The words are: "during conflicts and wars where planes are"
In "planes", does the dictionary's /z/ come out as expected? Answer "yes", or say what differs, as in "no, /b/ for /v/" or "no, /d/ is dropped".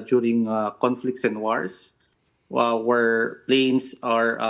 no, /s/ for /z/